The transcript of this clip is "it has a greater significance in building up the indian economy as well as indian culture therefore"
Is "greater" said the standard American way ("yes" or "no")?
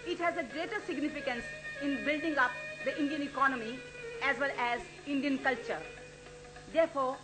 yes